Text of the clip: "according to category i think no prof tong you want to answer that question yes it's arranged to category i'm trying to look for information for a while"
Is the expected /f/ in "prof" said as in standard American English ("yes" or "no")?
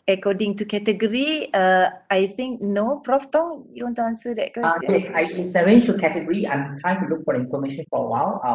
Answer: yes